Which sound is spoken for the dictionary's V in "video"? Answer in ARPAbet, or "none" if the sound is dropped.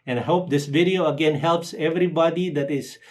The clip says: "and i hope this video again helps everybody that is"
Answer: V